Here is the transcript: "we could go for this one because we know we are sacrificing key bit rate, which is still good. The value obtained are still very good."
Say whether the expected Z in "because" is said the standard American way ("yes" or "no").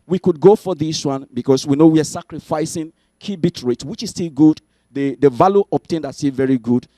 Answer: no